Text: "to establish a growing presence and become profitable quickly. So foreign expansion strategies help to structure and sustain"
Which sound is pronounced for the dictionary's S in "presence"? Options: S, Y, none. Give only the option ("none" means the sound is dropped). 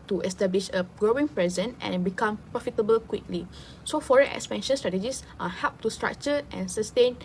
none